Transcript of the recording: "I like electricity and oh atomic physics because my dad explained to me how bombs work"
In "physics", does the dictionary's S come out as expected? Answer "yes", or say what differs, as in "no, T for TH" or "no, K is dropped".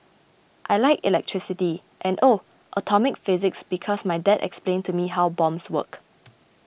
yes